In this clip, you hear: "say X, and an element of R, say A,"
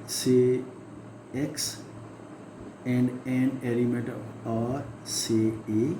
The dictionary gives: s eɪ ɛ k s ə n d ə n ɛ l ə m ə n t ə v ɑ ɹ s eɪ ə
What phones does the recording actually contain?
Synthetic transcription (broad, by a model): s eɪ ɛ k s ə n d ə n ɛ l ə m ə t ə ɑ ɹ s eɪ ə